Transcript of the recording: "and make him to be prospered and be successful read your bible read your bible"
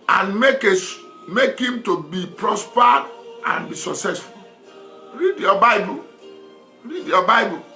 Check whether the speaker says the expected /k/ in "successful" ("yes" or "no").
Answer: yes